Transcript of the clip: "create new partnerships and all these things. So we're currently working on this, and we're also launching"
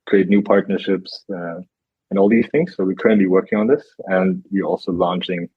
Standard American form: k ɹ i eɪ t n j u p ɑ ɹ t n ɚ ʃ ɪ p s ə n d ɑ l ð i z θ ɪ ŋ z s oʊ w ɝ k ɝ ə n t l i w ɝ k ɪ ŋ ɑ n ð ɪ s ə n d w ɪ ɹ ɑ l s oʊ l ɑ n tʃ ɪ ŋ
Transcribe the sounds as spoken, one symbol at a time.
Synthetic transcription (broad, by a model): k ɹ i eɪ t n j u p ɑ ɹ t n ɚ ʃ ɪ p s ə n ɑ l ð i z θ ɪ ŋ z s oʊ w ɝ k ɝ ə n t l i w ɝ k ɪ ŋ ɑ n ð ɪ s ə n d w ɪ ɹ ɑ l s oʊ l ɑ n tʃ ɪ ŋ